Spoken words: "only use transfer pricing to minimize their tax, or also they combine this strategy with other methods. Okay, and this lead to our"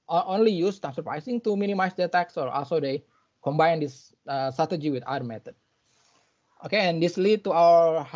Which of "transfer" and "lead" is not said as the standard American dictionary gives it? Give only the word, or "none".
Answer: transfer